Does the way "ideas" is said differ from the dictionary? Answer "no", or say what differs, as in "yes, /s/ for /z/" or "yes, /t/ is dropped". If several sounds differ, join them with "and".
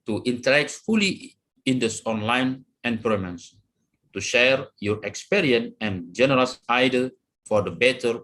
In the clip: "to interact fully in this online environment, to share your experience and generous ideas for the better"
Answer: yes, /z/ is dropped